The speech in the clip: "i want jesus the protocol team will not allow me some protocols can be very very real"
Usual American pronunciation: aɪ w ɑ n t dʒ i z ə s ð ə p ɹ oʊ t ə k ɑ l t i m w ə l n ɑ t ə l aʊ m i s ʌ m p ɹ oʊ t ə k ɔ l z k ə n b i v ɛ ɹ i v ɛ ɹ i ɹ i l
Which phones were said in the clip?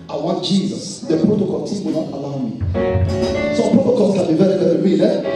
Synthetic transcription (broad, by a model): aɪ w ɑ n t dʒ i z ə s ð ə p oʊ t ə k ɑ n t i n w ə n ɑ t ə l aʊ m i s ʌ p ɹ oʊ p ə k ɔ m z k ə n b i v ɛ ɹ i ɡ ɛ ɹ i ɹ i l